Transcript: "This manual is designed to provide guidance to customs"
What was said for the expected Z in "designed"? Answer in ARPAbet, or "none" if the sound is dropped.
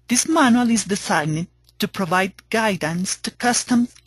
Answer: S